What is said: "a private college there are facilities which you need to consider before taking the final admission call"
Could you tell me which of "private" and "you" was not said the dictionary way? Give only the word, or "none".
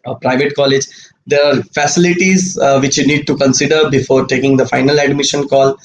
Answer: none